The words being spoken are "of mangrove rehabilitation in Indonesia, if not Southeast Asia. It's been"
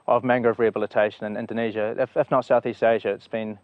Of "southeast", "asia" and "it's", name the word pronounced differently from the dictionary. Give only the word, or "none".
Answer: none